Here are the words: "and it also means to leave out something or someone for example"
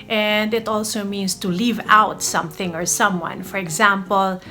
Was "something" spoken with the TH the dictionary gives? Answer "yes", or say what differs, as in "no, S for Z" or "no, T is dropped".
yes